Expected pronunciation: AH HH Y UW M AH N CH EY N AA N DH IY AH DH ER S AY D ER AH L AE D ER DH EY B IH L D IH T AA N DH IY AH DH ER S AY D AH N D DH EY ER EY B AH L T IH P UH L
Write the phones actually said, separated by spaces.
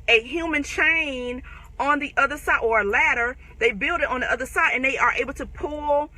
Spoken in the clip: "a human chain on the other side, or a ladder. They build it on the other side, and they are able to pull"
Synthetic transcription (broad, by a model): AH HH Y UW M AH N CH EY N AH N DH IY AH DH ER S AY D ER AH L AE D ER DH EY B IH L D IH T N DH IY AH DH ER S AY D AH N DH EY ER EY B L T IH P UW L